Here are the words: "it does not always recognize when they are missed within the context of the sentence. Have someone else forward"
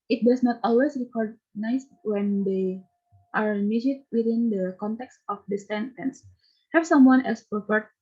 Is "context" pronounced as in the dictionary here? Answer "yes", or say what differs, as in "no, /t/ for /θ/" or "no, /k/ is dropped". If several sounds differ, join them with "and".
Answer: yes